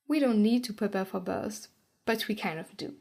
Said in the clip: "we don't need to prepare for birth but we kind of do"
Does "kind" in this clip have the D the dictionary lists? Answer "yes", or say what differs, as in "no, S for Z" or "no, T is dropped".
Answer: no, D is dropped